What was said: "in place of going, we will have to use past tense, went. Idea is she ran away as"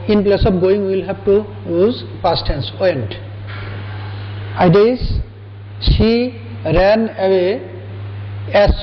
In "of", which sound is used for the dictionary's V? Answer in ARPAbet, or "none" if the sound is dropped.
P